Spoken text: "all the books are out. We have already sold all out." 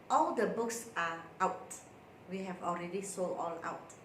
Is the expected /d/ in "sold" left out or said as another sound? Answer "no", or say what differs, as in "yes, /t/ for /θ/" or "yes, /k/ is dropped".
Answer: yes, /d/ is dropped